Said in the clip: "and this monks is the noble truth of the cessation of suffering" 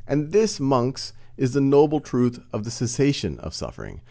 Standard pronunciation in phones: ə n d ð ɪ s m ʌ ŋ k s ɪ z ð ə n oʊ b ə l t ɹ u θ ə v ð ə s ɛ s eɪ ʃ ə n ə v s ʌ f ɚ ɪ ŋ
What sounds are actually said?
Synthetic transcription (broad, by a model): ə n ð ɪ s m ʌ ŋ k s ɪ z ð ə n oʊ b l t ɹ u θ ə v ð ə s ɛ s eɪ ʃ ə n ə v s ʌ f ɚ ɪ ŋ